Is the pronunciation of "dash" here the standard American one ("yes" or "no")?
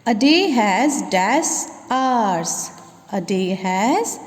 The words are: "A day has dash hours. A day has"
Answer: no